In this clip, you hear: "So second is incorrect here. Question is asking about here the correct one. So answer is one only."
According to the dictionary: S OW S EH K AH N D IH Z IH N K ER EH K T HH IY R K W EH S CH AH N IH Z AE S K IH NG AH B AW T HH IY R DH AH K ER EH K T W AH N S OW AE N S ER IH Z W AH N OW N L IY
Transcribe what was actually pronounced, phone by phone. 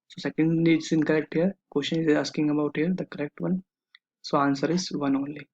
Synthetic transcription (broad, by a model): S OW S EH K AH N D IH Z IH N K ER EH K T HH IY R K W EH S SH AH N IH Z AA S K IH NG AH B AW T HH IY R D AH K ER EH K T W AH N S OW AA N S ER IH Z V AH N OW N L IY